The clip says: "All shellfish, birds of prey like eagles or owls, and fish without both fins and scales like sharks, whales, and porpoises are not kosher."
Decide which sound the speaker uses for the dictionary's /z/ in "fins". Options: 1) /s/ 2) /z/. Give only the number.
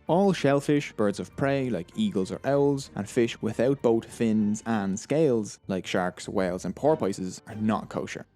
2